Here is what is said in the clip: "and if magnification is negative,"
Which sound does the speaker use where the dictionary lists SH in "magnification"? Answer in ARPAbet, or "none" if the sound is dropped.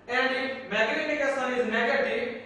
S